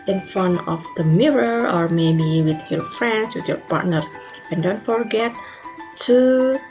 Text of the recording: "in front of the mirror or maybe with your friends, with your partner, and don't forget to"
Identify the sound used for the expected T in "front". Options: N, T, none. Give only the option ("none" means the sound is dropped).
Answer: none